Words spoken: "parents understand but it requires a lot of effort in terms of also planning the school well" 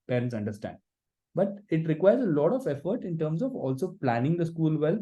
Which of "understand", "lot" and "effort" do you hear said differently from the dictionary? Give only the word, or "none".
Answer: none